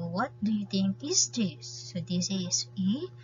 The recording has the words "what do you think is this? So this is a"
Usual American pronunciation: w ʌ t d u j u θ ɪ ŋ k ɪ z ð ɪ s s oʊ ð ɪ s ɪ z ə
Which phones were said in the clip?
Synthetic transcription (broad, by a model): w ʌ t d u j u t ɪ ŋ k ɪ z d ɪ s s oʊ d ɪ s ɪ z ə